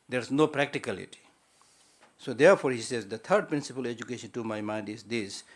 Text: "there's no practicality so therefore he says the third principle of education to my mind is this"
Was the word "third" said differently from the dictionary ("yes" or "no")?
yes